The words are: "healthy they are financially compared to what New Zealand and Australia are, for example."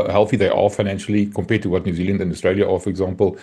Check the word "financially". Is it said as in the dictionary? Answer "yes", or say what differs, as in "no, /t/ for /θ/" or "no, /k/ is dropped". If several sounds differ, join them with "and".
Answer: yes